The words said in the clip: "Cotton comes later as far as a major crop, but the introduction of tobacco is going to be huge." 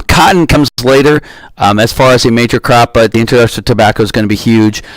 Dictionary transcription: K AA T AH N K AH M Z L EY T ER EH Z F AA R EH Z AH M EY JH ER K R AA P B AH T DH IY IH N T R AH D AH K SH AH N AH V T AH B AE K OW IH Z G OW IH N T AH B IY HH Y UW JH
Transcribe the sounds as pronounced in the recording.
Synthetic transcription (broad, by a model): K AA T N K AH M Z L EY T ER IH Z F AA R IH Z AH M EY JH ER K R AA P B AH T DH IY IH N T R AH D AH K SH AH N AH T AH B AE K OW IH Z G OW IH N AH B IY HH Y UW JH